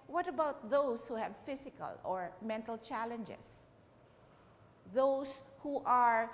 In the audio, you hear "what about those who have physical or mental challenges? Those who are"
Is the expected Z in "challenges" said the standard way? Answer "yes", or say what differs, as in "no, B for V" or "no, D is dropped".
no, S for Z